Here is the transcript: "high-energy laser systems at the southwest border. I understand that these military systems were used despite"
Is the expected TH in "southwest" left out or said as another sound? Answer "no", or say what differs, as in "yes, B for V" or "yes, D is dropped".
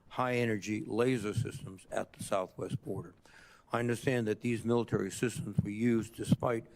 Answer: no